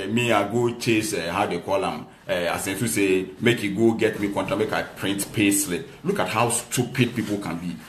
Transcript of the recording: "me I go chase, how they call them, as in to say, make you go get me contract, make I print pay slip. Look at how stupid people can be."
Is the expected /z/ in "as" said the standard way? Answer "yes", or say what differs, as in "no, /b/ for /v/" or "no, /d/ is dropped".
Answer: no, /s/ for /z/